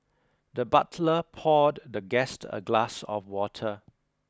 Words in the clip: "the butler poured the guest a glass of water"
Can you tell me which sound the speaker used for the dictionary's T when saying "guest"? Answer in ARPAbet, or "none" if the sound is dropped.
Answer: T